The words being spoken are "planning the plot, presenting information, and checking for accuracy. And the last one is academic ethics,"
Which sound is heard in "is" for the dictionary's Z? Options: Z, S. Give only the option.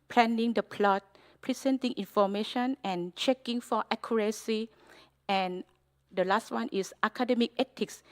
S